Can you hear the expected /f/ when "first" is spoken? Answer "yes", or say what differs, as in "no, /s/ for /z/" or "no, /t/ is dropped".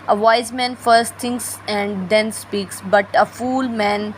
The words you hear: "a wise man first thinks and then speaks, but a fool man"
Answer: yes